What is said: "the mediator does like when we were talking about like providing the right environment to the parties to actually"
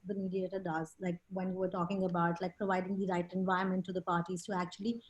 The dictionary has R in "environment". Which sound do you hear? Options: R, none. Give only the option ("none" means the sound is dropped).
none